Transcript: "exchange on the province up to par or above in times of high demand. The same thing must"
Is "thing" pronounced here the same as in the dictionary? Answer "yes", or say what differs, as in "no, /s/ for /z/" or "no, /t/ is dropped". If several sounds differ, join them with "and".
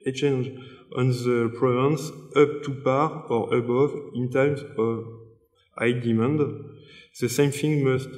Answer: no, /f/ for /θ/